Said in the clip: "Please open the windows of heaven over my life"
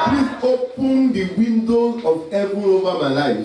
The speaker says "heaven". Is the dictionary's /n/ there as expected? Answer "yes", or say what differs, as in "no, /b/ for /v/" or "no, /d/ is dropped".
no, /n/ is dropped